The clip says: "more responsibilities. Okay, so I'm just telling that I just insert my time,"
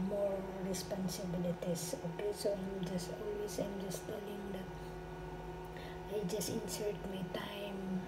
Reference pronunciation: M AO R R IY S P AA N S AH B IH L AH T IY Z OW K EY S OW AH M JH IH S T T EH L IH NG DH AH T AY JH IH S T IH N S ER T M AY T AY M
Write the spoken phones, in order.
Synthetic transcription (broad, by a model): M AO R R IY S P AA N S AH B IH L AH T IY S OW K EY S OW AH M JH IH S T T EH L IH NG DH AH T AY JH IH S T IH N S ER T M AY T AY M